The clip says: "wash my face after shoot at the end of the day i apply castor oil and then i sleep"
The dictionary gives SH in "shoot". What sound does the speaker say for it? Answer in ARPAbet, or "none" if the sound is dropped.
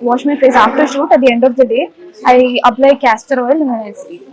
SH